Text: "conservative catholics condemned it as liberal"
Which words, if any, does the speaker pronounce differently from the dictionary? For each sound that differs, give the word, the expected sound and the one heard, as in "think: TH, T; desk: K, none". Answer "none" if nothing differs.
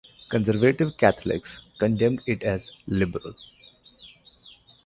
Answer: catholics: TH, T